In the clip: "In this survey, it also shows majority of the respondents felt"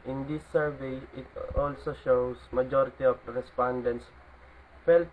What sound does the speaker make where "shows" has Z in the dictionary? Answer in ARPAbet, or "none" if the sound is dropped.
S